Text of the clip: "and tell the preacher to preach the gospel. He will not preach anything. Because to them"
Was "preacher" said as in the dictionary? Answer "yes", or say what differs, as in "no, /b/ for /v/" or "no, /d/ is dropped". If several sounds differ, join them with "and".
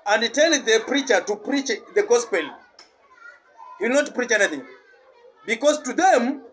yes